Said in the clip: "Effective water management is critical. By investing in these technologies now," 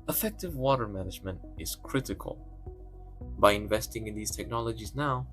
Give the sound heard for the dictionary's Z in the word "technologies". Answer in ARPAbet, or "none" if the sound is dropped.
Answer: Z